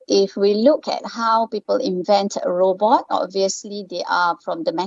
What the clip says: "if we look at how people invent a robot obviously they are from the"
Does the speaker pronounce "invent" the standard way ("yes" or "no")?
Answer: yes